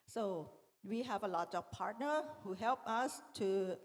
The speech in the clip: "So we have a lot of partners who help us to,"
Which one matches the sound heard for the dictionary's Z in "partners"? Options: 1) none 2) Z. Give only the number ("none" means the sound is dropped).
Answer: 1